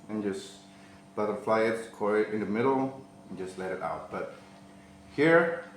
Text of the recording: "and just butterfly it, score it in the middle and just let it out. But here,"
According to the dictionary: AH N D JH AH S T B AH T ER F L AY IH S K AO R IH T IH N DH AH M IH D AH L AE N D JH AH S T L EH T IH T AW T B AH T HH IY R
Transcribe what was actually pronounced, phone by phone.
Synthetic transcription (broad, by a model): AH N JH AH S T B AH T ER F L AY IH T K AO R IH T IH N DH AH M IH D L N JH AH S T L EH T IH T AW T B AH T HH IY R